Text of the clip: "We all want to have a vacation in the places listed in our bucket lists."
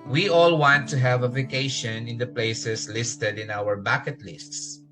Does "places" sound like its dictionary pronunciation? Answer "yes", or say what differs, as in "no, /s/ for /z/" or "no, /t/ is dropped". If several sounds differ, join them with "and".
no, /s/ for /z/